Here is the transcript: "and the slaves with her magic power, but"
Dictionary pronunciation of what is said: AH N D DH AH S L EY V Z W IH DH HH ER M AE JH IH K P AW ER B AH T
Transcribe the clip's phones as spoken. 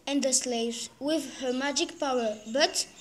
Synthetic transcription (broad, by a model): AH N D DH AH S L EY V Z W IH DH HH ER M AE JH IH K P AW ER B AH T